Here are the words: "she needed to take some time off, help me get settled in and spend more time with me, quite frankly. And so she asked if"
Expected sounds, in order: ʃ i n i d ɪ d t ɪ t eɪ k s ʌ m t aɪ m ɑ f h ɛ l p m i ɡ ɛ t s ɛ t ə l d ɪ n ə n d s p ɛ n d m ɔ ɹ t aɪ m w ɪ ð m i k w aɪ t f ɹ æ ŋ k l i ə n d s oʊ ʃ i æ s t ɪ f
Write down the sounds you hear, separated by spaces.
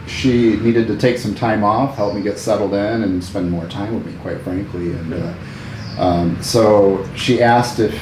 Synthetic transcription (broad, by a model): ʃ i n i d ɪ d t ɪ t eɪ k s ʌ m t aɪ m ɑ f h ɛ l p m i ɡ ɛ t s ɛ t l d ɪ n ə n s p ɛ n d m ɔ ɹ t aɪ m w ɪ ð m i k w aɪ t f ɹ æ ŋ k l i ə n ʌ s oʊ ʃ i æ s t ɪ f